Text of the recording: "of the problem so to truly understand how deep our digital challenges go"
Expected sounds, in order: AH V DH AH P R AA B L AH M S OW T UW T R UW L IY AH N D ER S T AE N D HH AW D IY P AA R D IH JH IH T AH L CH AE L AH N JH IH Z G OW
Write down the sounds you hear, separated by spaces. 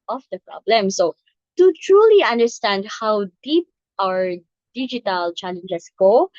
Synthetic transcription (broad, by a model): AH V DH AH P R AA B L AH M S OW T UW T R UW L IY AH N D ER S T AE N D HH AW D IY P AA R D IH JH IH T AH L CH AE L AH N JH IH S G OW